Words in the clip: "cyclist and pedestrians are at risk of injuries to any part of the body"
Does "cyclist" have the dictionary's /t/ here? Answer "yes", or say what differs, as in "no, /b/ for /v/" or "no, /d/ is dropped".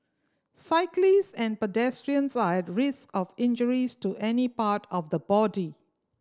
no, /t/ is dropped